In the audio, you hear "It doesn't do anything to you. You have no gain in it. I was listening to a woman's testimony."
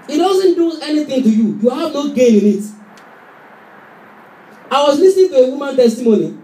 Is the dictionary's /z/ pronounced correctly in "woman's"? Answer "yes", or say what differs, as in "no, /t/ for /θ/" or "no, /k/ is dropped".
no, /z/ is dropped